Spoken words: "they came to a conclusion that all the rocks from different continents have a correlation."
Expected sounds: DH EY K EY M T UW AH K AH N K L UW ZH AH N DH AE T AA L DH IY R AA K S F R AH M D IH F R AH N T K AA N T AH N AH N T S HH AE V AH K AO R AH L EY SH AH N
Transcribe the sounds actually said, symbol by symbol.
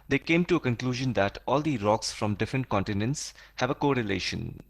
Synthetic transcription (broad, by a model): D EY K EY M T UW AH K AH N K L UW ZH AH N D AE T AA L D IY R AA K S F R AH M D IH F R AH N T K AA N T AH N AH N T S HH AE V AH K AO R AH L EY SH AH N